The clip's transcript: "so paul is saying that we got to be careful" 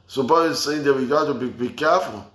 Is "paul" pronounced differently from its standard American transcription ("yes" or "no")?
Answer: yes